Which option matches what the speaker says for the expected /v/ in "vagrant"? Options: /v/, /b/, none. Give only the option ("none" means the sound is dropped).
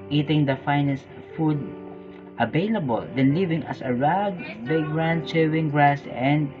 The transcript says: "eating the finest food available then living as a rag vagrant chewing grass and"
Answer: /b/